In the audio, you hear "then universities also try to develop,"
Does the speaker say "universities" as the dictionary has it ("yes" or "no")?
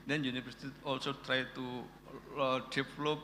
no